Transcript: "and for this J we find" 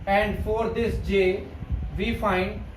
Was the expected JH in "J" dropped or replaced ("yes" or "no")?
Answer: no